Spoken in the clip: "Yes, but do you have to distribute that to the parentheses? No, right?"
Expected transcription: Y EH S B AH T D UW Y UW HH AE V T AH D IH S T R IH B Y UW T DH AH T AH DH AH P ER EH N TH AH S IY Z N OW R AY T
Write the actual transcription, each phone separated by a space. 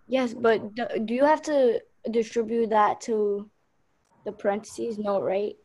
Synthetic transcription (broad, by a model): Y EH S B AH T D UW Y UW HH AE F T AH D IH S T R IH B Y UW T DH AH T AH DH AH P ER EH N T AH S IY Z N OW R AY T